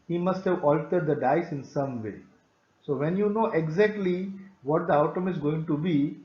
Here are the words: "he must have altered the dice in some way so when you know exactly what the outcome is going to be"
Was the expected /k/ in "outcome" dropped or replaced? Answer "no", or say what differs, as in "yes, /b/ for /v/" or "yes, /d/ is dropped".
yes, /k/ is dropped